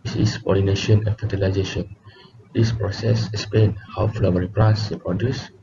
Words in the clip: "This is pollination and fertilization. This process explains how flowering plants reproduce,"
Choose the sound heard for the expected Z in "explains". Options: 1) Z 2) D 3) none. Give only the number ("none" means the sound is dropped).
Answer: 3